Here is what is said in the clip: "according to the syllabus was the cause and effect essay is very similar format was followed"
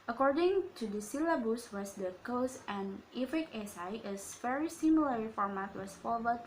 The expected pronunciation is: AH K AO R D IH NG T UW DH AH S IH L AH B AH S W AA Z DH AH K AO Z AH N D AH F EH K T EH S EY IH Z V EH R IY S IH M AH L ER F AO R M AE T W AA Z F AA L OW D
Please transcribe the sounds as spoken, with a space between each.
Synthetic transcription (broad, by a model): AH K AO R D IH NG T UW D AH S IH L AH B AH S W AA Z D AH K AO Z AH N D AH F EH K EH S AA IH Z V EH R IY S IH M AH L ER F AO R M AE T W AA S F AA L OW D